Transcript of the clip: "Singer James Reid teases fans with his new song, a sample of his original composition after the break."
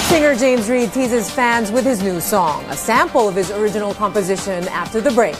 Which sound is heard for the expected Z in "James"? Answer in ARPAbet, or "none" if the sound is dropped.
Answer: Z